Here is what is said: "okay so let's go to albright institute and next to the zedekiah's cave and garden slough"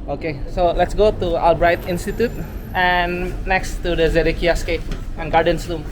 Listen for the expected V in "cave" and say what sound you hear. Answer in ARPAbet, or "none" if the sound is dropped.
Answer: P